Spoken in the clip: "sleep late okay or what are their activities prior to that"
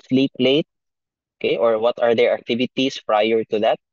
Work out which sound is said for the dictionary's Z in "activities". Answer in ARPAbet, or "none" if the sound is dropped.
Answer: S